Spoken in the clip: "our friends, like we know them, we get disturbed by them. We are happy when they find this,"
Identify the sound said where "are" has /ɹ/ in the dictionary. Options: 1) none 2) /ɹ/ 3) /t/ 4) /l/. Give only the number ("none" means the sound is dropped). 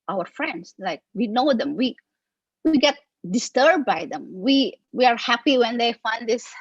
2